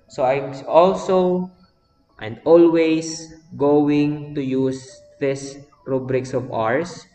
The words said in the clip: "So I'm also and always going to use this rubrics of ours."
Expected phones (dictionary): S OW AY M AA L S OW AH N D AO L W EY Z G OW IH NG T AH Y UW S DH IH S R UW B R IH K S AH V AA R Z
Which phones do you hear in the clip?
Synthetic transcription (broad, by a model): S OW AY M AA L S OW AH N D AO L W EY S G OW IH NG T AH Y UW S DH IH S R UW B R IH K S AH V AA R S